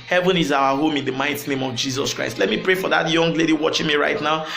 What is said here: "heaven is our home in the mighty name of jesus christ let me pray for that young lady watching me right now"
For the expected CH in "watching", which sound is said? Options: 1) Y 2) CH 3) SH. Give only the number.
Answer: 2